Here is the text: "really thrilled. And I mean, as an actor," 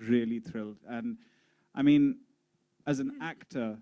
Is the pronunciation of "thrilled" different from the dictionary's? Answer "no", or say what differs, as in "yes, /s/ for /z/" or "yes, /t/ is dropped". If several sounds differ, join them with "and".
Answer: no